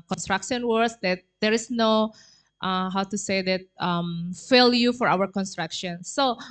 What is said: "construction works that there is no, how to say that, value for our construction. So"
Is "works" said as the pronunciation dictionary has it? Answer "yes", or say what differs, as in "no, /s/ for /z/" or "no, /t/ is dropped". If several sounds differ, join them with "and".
no, /k/ is dropped